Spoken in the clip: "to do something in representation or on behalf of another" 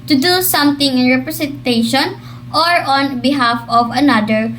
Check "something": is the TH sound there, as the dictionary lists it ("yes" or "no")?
no